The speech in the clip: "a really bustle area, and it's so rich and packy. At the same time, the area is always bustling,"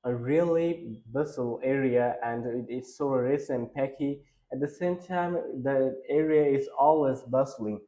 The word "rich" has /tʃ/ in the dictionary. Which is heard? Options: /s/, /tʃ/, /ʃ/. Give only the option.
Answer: /s/